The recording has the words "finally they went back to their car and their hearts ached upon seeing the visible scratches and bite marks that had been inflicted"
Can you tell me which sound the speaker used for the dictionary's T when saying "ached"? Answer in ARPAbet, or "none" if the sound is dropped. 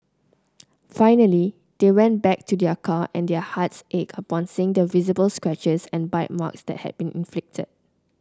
none